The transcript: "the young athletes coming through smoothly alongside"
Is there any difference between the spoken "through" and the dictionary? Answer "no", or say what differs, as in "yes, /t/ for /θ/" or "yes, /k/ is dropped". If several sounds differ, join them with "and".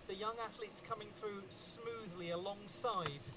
no